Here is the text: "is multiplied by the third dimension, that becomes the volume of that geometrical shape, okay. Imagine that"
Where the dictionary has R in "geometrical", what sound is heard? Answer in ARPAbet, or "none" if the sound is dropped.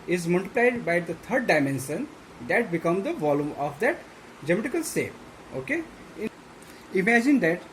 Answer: none